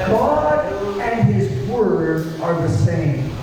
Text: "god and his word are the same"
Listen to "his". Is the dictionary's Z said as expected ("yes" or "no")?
yes